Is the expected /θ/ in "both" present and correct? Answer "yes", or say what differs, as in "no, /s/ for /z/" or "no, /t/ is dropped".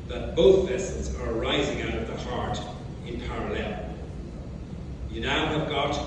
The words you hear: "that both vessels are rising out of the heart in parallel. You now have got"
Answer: yes